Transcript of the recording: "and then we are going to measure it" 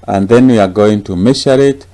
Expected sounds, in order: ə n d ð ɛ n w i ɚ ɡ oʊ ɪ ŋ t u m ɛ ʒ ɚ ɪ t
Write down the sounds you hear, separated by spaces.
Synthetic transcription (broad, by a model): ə n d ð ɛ n w i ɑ ɡ oʊ ɪ ŋ t u m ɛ ʃ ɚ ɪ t